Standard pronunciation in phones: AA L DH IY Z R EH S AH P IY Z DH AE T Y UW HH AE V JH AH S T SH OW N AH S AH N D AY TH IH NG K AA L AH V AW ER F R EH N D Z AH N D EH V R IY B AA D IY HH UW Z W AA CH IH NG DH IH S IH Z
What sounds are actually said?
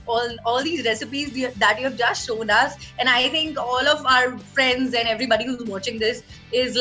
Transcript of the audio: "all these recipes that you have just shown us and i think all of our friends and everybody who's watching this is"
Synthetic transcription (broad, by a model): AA L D IY Z R EH S AH P IY Z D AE T Y UW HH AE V JH AH S T SH OW N AH S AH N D AY T IH NG K AA L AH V AW ER F R EH N D Z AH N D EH V R IY B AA D IY HH UW Z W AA CH IH NG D IH S IH Z